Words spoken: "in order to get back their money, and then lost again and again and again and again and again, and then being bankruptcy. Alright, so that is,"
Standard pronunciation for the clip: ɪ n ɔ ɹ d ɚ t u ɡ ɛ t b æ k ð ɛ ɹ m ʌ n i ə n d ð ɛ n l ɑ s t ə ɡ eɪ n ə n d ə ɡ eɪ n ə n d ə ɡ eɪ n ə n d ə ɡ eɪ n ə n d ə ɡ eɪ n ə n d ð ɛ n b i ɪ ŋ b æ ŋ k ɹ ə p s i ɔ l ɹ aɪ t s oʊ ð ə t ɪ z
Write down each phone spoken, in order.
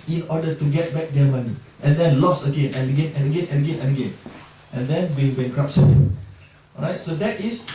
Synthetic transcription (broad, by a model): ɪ n ɔ d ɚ t u ɡ ɛ t b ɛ k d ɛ m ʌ n i ə n d ɛ n l ɑ s ə ɡ eɪ n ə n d ə ɡ eɪ n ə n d ə ɡ eɪ n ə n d ə ɡ eɪ n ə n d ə ɡ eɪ n ə n d ɛ n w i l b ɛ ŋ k ɹ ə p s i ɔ ɹ aɪ t s oʊ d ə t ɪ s